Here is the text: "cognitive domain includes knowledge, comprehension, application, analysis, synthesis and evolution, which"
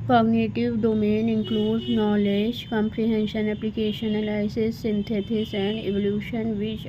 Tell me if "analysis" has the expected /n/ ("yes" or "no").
no